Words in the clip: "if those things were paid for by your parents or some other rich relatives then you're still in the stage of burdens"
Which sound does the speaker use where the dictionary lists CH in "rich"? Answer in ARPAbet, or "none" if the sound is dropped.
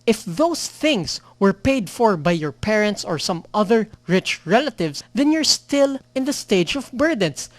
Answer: CH